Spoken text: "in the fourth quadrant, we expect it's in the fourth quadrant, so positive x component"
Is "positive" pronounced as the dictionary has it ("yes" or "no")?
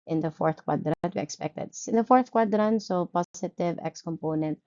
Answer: no